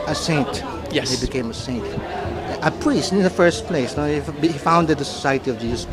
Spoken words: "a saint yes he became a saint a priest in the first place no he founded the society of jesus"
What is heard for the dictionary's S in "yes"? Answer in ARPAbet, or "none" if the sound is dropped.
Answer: none